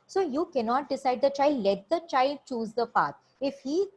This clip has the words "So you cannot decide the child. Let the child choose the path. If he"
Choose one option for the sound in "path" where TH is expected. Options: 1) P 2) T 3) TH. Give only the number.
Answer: 2